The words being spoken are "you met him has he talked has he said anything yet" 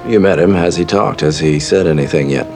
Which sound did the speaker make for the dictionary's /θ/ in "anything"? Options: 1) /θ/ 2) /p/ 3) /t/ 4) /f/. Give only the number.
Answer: 1